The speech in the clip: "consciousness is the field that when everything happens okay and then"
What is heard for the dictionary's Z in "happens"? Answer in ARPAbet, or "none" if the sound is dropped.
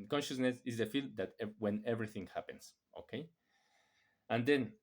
S